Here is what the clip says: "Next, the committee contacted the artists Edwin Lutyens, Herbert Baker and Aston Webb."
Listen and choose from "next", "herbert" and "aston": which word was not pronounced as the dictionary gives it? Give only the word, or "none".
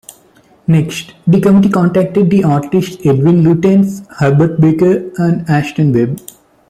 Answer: aston